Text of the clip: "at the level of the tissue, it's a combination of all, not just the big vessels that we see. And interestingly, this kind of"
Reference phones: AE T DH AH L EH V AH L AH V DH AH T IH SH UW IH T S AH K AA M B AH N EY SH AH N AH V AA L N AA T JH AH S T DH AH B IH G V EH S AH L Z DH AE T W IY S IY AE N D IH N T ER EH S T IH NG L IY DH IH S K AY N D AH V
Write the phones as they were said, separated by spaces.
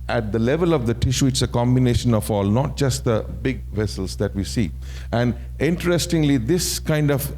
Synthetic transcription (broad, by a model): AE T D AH L EH V AH L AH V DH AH T IH SH UW IH T S AH K AA M B AH N EY SH AH N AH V AA L N AA T JH AH S T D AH B IH G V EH S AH L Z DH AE T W IY S IY AE N D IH N T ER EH S T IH NG L IY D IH S K AY N D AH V